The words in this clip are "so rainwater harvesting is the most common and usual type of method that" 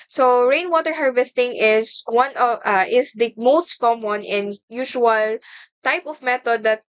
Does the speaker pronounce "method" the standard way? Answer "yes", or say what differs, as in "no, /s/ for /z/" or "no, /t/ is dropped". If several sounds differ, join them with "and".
no, /t/ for /θ/